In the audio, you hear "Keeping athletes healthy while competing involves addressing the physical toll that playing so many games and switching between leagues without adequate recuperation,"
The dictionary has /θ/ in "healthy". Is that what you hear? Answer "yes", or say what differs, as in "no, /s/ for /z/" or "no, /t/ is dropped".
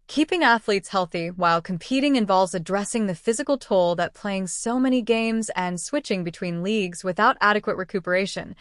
yes